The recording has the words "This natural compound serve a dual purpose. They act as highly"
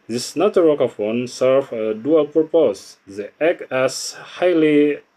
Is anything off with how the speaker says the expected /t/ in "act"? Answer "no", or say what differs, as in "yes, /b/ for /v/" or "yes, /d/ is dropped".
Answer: yes, /t/ is dropped